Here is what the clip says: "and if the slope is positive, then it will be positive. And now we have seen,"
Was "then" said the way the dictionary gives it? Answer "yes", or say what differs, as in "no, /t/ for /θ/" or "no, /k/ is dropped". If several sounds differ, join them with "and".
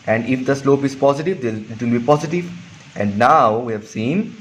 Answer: no, /n/ is dropped